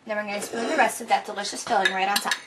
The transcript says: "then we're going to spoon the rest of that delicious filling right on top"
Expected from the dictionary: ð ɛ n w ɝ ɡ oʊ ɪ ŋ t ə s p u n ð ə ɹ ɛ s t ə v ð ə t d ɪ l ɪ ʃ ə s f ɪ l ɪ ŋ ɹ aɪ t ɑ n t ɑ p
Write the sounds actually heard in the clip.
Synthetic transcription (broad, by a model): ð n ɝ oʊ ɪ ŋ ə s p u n ð ə ɹ ɛ s t ə v ð ə t d ɪ l ɪ ʃ ə s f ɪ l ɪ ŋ ɹ aɪ t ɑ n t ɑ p